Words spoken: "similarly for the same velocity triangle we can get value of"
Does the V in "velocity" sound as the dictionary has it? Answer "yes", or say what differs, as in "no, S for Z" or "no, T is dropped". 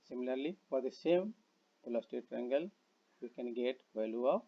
no, P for V